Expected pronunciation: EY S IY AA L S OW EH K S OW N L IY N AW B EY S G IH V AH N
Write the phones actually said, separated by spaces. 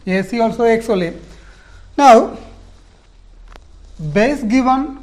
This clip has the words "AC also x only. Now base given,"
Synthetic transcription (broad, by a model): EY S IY AA L S OW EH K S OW L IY N AW B EY S G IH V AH N